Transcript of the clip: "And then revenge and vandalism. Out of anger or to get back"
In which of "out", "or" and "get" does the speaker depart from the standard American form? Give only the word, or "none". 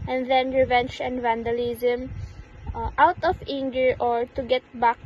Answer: none